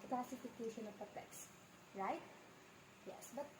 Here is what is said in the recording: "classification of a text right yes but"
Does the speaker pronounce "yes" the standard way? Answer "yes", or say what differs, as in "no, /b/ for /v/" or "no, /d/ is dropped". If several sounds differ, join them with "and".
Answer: yes